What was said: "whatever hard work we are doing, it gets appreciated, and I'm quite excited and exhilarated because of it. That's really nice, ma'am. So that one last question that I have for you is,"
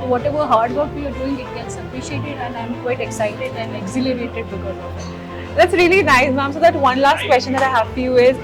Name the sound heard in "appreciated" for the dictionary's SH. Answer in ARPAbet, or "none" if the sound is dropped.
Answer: SH